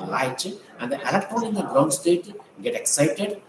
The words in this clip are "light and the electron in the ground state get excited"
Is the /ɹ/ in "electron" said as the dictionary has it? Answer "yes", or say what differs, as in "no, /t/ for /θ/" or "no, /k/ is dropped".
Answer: no, /ɹ/ is dropped